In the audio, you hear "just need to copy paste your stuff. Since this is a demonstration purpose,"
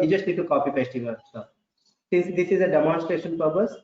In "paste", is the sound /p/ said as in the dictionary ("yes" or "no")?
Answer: no